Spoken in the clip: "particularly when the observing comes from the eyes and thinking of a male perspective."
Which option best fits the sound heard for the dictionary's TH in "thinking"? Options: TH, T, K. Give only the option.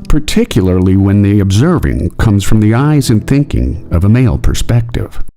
TH